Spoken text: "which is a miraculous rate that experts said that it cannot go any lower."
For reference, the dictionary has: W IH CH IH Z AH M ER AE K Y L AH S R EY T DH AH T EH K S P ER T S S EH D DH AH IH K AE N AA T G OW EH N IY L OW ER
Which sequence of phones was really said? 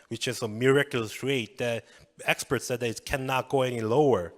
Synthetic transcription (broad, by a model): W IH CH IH S AH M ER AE K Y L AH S R EY T DH AH T EH K S P ER T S S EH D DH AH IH K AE N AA T G OW EH N IY L OW ER